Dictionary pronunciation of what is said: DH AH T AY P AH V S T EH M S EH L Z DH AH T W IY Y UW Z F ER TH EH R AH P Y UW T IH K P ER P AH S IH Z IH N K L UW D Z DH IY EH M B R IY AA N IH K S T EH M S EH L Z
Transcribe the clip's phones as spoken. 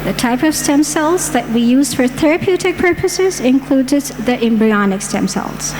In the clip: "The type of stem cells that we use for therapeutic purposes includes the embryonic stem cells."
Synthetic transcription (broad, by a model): DH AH T AY P AH V S T EH M S EH L Z DH AH T W IY Y UW Z F ER TH EH R AH P Y UW T IH K P ER P AH S IH Z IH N K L UW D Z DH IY EH M B R IY AA N IH K S T EH M S EH L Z